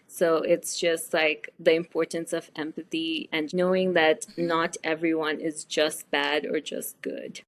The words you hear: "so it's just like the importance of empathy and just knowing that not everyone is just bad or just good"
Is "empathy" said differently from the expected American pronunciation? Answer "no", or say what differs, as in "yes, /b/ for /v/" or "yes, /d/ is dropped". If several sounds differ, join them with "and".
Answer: no